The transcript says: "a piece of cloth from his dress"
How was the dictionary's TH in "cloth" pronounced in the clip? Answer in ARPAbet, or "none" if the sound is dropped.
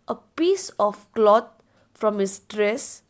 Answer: T